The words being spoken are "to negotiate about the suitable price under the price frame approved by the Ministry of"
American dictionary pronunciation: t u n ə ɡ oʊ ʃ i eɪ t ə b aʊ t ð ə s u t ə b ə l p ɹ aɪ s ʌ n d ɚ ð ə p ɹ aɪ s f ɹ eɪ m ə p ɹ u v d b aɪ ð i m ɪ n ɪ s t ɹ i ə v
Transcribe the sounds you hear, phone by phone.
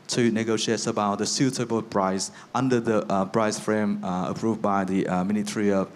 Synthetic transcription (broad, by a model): t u n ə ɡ oʊ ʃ i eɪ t ə b aʊ t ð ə s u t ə b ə l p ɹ aɪ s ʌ n d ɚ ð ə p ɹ aɪ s f ɹ eɪ m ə p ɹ u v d b aɪ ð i m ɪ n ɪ t ɹ i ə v